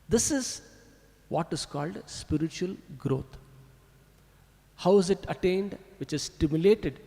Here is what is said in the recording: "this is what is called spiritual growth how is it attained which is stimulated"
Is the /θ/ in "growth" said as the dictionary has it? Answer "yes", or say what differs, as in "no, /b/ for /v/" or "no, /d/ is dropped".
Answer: no, /t/ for /θ/